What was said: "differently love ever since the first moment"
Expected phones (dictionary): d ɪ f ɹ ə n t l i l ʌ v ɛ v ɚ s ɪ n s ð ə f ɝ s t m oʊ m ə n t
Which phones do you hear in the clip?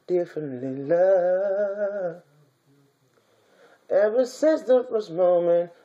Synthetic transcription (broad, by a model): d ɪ f ɹ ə n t l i l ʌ ɛ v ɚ s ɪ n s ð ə f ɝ s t m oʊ m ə n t